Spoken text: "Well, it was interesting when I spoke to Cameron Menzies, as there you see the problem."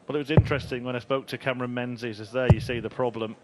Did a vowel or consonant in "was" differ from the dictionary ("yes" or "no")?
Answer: no